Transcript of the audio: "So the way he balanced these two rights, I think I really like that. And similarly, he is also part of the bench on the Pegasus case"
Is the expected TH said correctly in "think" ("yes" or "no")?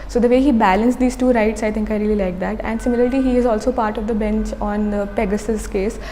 no